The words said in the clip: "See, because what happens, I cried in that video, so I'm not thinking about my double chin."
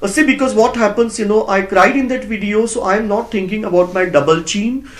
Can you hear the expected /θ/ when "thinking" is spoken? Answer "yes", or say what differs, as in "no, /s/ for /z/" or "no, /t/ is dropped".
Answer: no, /t/ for /θ/